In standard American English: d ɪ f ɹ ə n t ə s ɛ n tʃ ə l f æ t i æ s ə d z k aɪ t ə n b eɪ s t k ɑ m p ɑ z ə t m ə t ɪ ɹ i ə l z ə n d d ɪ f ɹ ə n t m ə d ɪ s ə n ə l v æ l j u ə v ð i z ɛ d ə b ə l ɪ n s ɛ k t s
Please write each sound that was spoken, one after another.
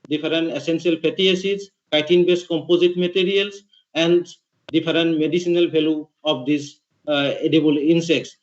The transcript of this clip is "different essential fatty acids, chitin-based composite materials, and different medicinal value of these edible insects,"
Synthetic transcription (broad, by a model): d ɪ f ɹ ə n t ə s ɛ n s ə l p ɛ t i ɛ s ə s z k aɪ t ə n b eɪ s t k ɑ m p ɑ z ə t m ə t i ɹ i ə l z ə n d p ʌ ɹ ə n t m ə d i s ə n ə l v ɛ l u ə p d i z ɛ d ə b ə l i n s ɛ k t s